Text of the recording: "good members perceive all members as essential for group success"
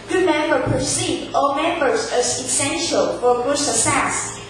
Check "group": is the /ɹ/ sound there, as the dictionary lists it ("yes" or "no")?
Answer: no